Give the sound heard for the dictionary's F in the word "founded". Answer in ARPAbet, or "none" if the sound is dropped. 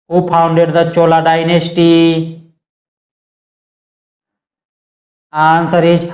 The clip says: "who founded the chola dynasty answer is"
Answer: P